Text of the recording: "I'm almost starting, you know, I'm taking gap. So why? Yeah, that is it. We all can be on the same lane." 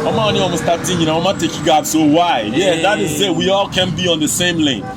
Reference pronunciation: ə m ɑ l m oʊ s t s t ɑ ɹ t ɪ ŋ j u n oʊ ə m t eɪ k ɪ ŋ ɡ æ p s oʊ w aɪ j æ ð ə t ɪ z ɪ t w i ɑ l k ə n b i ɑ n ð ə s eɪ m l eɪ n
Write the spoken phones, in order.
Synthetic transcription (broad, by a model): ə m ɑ n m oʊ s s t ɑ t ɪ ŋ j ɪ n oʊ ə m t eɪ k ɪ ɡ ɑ b s oʊ w aɪ j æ ð ə t ɪ z ɪ t w i ɑ l k ə n b i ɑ n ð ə s eɪ m l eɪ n